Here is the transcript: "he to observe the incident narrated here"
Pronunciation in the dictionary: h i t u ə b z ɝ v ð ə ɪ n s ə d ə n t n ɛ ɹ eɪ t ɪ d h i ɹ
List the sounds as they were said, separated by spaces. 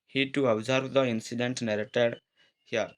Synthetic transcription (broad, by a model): h i t u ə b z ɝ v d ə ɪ n s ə d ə n t n ɛ ɹ eɪ t ɪ d h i ɹ